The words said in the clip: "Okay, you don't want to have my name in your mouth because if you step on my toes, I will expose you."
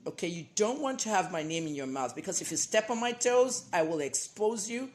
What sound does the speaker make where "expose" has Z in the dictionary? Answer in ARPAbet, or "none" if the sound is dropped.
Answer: Z